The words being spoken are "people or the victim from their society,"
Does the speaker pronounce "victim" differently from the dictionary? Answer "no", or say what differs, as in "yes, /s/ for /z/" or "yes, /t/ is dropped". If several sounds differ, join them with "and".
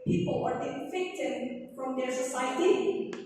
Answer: yes, /f/ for /v/